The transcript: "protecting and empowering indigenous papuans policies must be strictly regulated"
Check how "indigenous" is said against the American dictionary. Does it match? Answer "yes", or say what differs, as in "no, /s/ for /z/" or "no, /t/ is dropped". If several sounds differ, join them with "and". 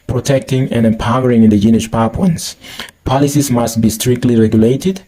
no, /ʃ/ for /s/